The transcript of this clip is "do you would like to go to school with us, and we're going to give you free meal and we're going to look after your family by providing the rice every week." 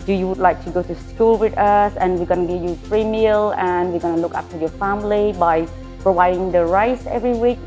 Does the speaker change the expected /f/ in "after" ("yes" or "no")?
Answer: yes